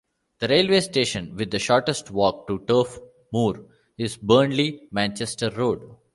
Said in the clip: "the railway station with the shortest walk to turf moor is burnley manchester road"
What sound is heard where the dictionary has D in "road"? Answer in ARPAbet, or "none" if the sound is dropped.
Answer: D